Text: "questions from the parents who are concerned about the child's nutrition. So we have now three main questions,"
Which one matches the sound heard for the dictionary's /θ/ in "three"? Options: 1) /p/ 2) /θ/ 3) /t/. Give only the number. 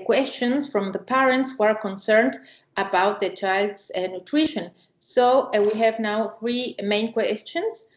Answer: 2